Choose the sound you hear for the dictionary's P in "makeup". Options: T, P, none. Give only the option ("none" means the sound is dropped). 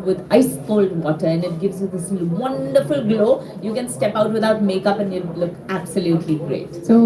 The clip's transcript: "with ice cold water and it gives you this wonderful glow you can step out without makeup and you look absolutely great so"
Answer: P